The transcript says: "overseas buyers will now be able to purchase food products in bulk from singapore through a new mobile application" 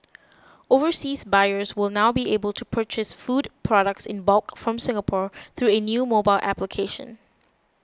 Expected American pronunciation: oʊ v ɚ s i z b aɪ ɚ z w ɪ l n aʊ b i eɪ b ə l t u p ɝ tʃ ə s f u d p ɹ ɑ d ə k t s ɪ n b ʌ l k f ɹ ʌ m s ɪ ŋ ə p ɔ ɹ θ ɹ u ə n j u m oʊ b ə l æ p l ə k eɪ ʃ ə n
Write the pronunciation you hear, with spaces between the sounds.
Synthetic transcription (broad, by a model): oʊ v ɚ s i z b aɪ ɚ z w ɪ l n aʊ b i eɪ b ə l t u p ɝ tʃ ə s f u d p ɹ ɑ d ə k t s ɪ n b ʌ l k f ɹ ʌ m s ɪ ŋ ə p ɔ ɹ θ ɹ u ə n j u m oʊ b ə l æ p l ə k eɪ ʃ ə n